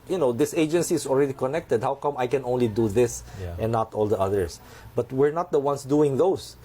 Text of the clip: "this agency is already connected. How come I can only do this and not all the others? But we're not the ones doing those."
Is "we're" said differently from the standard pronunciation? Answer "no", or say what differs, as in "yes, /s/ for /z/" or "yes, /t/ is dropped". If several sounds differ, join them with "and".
no